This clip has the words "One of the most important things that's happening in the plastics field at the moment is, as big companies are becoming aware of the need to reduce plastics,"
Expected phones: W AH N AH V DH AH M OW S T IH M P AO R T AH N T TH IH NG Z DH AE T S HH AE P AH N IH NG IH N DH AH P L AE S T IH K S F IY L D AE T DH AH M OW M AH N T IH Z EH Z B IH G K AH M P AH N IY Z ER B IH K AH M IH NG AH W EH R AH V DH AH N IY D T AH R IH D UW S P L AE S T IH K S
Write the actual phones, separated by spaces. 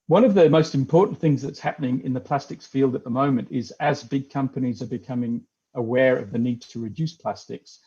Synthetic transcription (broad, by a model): W AH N AH V DH AH M OW S T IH M P AO R T N TH IH NG Z DH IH T S HH AE P AH N IH NG IH N DH AH P L AE S T IH K S F IY L D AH T DH AH M OW M AH N T IH Z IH Z B IH G K AH M P AH N IY Z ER B IH K AH M IH NG AH W EH R AH V DH AH N IY D T AH R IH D UW S P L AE S T IH K S